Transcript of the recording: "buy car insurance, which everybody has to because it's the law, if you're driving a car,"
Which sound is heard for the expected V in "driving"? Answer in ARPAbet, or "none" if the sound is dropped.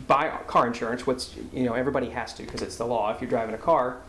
V